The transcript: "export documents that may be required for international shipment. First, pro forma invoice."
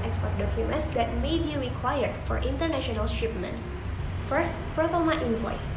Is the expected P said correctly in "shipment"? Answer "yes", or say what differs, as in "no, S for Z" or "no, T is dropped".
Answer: yes